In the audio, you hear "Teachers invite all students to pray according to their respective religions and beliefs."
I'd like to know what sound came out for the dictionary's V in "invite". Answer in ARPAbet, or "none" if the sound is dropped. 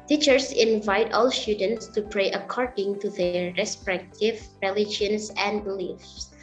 V